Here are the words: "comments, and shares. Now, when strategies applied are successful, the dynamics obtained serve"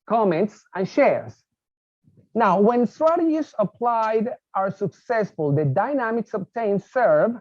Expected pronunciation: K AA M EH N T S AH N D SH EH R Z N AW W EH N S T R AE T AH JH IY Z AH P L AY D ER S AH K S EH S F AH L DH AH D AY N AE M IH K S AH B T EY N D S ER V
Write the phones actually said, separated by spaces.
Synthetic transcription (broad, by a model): K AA M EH N T S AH N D SH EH R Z N AW W EH N S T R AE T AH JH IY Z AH P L AY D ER S AH K S EH S F AH L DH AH D AY N AE M IH K S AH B T EY N S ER V